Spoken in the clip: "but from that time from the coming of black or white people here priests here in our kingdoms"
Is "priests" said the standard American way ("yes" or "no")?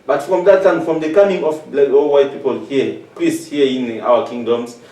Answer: no